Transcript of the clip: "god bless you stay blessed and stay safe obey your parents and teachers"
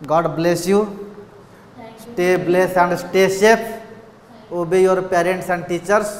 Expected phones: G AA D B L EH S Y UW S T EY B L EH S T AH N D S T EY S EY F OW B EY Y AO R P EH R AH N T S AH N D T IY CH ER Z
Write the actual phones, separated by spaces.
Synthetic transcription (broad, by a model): G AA D B L EH S Y UW S T EY B L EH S AH N D S T EY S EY P OW B EY Y AO R P EH R AH N T S AH N D T IY CH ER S